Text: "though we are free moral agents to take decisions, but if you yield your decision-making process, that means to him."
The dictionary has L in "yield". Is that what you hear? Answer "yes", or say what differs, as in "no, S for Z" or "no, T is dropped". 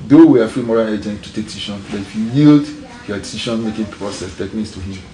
yes